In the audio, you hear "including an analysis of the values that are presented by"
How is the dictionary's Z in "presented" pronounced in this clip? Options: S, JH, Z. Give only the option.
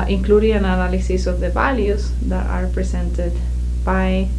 S